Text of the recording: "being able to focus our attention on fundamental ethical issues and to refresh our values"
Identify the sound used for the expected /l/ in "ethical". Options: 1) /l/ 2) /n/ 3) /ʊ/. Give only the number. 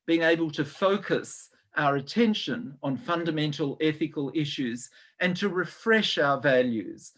1